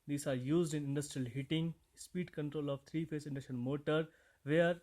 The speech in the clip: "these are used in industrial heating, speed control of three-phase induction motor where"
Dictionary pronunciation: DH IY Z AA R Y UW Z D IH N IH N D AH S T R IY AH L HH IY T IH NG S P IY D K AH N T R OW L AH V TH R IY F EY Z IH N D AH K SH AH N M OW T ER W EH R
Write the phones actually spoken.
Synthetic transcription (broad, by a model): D IY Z AA R Y UW Z D IH N IH N D AH S T R IY AH L HH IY T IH NG S P IY D K AH N T R OW L AH V T R IY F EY S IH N D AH SH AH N M OW T ER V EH R